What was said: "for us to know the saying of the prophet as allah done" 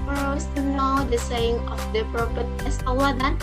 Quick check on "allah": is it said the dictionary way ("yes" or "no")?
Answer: no